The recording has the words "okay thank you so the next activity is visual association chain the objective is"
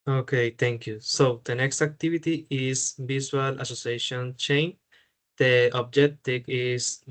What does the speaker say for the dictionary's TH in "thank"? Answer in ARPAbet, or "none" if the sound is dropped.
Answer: T